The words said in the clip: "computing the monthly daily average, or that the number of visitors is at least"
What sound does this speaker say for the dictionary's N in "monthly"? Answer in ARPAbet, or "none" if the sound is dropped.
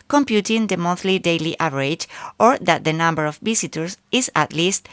none